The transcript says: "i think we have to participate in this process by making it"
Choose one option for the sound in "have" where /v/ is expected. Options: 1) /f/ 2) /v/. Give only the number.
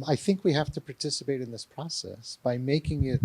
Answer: 1